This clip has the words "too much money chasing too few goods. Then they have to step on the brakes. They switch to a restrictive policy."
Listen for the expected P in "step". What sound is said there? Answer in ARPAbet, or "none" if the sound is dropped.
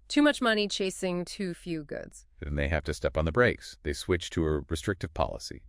P